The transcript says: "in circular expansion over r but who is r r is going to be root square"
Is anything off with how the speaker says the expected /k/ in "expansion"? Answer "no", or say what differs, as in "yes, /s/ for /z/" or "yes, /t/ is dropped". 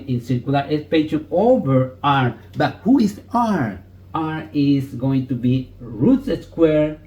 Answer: yes, /k/ is dropped